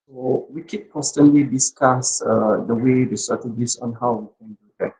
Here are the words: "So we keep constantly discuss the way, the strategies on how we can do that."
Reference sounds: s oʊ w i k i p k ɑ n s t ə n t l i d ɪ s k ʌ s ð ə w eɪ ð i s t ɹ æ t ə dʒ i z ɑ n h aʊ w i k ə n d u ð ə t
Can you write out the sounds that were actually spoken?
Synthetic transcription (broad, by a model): s oʊ w i k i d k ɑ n s t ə n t l i d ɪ s k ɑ s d ə w eɪ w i s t ɑ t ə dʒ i s ɑ n h aʊ w i k ə n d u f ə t